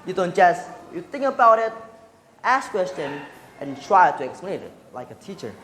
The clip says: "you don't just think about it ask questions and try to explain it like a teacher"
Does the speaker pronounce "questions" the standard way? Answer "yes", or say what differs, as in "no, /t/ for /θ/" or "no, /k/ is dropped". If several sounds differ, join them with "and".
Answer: no, /z/ is dropped